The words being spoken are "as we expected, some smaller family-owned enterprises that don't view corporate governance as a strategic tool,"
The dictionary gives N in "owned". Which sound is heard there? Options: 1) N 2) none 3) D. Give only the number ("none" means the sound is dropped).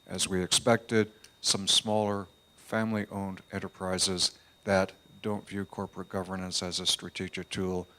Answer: 1